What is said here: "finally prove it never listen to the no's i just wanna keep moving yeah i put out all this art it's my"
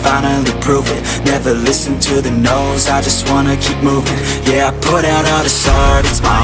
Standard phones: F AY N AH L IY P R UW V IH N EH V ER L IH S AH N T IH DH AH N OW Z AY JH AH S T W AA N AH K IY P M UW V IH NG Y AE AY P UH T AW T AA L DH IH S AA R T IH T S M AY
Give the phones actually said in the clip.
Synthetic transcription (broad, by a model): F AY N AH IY P R UW V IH N EH V ER L IH S AH N T IH DH AH N OW Z AY JH AH S T W AA N AH K IY P M UW V IH NG Y AE AY P UH T AW T DH IH S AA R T IH T S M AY